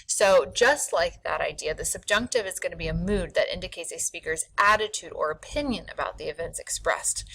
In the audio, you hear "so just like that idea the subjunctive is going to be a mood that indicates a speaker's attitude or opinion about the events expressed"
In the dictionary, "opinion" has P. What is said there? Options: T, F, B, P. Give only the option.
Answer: P